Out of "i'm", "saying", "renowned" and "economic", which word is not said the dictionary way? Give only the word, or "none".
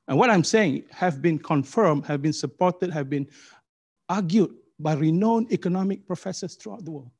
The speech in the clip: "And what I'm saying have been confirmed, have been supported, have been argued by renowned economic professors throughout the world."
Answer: renowned